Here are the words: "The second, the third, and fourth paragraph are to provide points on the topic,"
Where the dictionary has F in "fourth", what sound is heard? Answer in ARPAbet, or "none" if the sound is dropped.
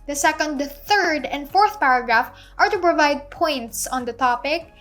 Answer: F